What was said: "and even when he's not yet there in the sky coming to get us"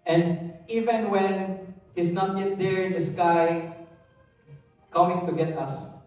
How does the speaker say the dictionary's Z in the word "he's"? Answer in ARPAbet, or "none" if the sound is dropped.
S